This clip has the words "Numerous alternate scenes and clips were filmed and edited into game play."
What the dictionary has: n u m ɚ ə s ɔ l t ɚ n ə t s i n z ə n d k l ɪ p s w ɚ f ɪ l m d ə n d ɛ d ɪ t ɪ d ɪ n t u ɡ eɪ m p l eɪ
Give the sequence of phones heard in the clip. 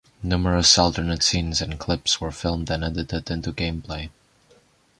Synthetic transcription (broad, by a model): n u m ɚ ə s ɔ l t ɚ n ə t s i n z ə n k l ɪ p s w ɚ f ɪ l m d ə n ɛ d ɪ t ɪ d ɪ n t u ɡ eɪ m p l eɪ